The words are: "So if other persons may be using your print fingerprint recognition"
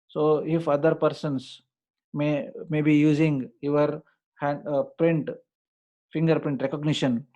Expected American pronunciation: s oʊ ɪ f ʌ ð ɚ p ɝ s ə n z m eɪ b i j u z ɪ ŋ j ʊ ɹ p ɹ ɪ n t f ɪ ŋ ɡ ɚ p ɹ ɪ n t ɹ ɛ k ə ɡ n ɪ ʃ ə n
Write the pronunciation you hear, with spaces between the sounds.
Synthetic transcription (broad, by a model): s oʊ ɪ f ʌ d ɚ p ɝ s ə n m m eɪ b i j u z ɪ ŋ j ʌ ɹ p ɹ ɪ n t f ɪ ŋ ɡ ɚ p ɹ ɪ n t ɹ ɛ k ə ɡ n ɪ ʃ ə n